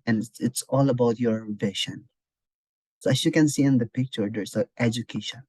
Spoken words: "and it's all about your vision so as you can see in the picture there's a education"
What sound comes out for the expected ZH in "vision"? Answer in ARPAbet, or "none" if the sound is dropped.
SH